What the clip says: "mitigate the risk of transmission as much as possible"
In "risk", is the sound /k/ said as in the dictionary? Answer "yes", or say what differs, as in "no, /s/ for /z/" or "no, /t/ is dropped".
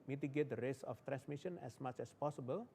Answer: no, /k/ is dropped